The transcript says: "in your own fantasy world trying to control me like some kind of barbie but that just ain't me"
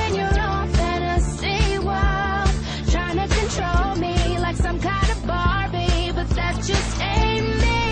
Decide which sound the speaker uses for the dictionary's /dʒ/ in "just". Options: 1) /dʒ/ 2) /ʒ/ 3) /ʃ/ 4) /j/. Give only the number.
2